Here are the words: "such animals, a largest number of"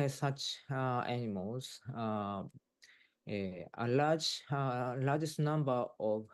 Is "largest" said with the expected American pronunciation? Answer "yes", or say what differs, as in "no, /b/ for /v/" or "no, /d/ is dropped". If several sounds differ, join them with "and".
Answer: no, /l/ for /ɹ/